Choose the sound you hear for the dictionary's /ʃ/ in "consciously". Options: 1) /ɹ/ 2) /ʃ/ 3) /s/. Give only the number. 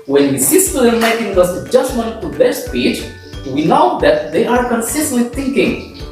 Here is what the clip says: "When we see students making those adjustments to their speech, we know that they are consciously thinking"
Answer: 3